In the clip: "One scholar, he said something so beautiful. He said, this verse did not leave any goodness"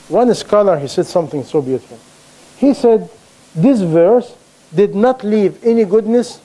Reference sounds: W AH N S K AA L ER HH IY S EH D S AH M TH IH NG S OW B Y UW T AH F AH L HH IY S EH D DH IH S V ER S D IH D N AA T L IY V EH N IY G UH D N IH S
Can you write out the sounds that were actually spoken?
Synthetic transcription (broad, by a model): W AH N S K AA L ER HH IY S EH D S AH M TH IH NG S OW B Y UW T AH F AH L HH IY S EH D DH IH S V ER S D IH D N AA T L IY V EH N IY G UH D N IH S